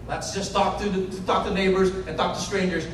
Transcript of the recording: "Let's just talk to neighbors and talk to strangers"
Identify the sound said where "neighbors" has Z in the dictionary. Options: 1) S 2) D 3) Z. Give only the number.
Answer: 3